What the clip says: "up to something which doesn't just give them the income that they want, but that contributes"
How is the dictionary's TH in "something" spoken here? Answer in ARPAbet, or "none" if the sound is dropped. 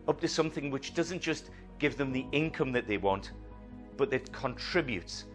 TH